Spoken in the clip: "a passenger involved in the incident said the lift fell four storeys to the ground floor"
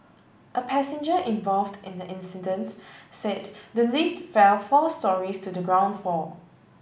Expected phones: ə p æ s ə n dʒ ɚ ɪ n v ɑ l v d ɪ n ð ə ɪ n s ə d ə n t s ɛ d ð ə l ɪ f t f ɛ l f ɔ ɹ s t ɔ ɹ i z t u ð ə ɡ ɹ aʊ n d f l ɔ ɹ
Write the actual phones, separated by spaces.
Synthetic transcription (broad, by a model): ə p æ s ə n dʒ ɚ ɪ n v ɑ l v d ɪ n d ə ɪ n s ə d ə n t s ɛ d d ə l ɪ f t f ɛ l f ɔ s t ɔ ɹ i s t u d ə ɡ ɹ aʊ n d f ɔ